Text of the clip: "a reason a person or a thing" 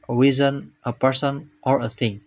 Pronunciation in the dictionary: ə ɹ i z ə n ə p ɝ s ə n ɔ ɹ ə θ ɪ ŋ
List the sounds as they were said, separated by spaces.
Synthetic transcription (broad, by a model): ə w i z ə n ə p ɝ s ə n ɔ ɹ ə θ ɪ ŋ